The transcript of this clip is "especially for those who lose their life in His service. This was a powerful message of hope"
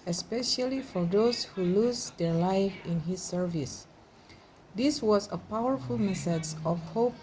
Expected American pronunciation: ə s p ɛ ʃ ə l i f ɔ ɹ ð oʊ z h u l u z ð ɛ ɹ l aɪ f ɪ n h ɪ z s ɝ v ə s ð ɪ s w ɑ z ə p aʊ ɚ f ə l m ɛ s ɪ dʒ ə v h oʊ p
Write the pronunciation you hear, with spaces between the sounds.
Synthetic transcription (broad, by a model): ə s p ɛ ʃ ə l i f ɔ ɹ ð oʊ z h u l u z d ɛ ɹ l aɪ f ɪ n h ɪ s ɝ v ə s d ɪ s w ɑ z ə p aʊ ɚ f ə l m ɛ s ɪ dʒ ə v h oʊ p